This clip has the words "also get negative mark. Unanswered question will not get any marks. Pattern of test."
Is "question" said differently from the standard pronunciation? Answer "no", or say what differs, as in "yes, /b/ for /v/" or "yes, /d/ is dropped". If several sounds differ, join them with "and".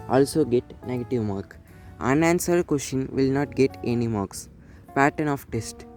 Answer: yes, /ʃ/ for /tʃ/